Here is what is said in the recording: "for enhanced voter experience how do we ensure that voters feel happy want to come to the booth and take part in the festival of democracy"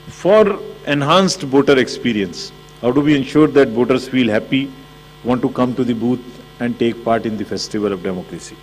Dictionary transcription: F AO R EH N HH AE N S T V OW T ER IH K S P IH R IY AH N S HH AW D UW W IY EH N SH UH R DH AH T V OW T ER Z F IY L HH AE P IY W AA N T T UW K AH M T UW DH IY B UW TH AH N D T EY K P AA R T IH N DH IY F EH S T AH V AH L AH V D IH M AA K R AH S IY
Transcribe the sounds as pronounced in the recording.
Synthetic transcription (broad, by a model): F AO R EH N HH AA N S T B OW T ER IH K S P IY R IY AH N S HH AW D UW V IY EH N SH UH R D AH T B OW T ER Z F IY L HH AE P IY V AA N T T UW K AH M T UW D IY B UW T AH N D T EY K P AA R T IH N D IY F EH S T AH V AH L AH V D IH M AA K R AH S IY